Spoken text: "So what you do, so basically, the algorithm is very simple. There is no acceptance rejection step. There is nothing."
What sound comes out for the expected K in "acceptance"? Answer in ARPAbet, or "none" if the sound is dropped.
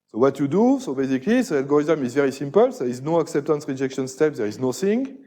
K